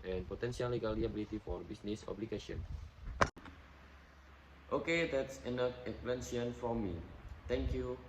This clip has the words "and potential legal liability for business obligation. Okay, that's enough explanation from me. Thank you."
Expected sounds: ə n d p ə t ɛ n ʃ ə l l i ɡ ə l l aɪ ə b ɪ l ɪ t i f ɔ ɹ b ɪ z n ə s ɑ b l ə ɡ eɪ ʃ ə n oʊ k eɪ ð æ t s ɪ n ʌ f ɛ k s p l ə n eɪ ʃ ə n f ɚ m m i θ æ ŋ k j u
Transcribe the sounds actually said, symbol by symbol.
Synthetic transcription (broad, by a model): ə n p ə t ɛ n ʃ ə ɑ l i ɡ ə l l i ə b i l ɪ t i f ɔ ɹ b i s n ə s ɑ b l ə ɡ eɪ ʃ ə n oʊ k eɪ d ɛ t s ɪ n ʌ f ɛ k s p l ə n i ə n f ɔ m m i t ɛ ŋ k j u